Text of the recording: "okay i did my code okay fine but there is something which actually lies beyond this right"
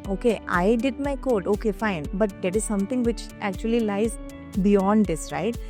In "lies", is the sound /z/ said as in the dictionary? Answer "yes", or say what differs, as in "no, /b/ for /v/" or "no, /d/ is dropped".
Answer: yes